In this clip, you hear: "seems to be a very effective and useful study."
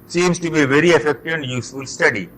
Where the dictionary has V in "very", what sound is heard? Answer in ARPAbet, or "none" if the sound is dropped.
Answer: V